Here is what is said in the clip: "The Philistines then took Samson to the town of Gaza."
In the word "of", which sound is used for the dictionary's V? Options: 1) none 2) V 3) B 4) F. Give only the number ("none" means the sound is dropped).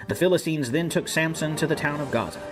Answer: 2